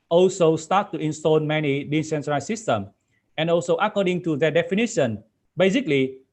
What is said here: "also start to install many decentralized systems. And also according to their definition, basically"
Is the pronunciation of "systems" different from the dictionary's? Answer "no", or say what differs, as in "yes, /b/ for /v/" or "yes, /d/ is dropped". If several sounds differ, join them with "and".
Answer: yes, /z/ is dropped